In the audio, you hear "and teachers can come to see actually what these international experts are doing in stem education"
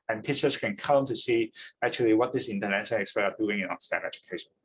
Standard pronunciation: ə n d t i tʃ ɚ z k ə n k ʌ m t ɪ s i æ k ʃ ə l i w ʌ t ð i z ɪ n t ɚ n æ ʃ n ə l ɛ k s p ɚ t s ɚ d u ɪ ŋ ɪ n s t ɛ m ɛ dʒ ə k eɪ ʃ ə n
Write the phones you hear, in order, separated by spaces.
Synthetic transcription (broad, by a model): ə n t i tʃ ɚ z k ə n k ʌ m t ɪ s i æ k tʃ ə l i w ʌ t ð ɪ s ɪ n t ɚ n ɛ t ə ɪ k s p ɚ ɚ d u ɪ ŋ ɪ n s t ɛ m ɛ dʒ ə k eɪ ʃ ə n